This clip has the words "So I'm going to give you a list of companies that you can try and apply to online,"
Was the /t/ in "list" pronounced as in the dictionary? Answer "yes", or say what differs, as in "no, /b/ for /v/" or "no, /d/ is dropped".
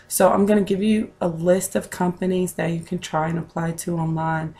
yes